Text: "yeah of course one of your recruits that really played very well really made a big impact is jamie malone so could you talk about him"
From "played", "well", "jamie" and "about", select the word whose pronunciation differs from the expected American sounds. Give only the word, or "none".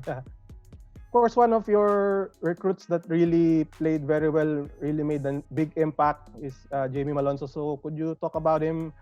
none